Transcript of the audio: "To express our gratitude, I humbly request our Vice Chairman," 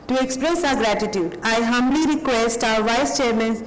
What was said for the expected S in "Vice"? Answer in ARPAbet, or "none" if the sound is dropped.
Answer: S